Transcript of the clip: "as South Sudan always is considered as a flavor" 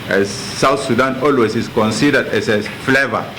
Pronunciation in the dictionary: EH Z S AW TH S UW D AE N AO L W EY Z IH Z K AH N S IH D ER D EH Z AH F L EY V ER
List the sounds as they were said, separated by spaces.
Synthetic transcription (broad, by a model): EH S AW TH S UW D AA N AO L W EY S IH S K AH N S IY D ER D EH S AH F L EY V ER